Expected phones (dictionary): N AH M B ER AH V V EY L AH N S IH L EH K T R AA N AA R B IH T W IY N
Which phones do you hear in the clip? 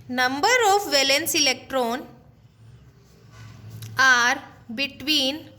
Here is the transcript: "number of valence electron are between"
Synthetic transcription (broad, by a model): N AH M B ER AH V V EY L AH N S IH L EH K T R AA N AA R B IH T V IY N